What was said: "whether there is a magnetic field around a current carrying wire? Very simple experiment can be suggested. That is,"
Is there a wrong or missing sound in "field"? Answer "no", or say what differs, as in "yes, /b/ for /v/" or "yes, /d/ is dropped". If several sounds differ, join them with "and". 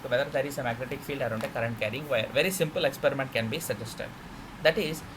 no